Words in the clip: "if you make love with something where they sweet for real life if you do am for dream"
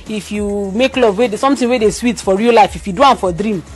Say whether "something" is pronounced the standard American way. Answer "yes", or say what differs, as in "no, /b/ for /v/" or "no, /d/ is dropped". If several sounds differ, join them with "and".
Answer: no, /t/ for /θ/